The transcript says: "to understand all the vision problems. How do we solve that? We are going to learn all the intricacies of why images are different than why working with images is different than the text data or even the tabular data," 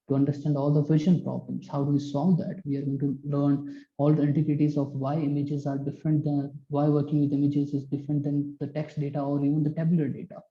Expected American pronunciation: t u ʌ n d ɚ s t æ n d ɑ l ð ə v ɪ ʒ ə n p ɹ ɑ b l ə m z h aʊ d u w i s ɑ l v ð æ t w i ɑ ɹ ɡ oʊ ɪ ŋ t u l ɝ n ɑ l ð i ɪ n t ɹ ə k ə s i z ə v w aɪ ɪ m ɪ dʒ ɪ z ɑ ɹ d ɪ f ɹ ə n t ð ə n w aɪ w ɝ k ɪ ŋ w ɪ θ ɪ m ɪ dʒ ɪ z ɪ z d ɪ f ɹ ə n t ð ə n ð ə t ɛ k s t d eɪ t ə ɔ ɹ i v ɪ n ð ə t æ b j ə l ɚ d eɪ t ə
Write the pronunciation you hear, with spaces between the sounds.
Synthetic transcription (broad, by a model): t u ʌ n d ɚ s t æ n d ɑ l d ə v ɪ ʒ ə n p ɹ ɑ b l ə m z h aʊ d u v i s ɑ l v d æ t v i ɑ ɹ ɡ oʊ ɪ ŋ t u l ɝ n ɑ l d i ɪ n t ə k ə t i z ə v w aɪ ɪ m ɪ dʒ ɪ z ɑ ɹ d ɪ f ɹ ə n t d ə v aɪ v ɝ k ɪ ŋ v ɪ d ɪ m ɪ dʒ ɪ z ɪ z d ɪ f ɹ ə n t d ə n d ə t ɛ k s t d eɪ t ə ɔ ɹ i v ɪ n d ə t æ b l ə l d eɪ t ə